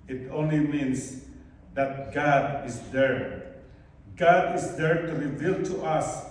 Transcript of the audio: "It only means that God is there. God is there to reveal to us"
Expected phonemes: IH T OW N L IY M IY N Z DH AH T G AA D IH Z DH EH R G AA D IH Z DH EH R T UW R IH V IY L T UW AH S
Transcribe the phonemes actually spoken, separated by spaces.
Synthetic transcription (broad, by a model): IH T OW N L IY M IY N S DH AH T G AA D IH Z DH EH R G AA D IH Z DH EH R T UW R IH V IY L T UW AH S